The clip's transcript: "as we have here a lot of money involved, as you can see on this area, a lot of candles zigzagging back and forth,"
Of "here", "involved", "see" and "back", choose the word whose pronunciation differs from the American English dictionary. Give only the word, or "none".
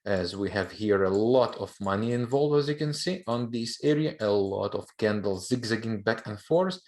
involved